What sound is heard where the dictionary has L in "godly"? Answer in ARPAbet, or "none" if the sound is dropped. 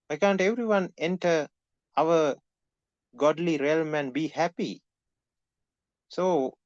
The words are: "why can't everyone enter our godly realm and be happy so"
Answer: L